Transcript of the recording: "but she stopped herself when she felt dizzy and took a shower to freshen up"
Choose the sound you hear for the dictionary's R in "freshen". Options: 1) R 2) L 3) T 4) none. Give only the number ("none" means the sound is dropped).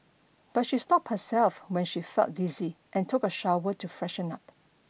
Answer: 1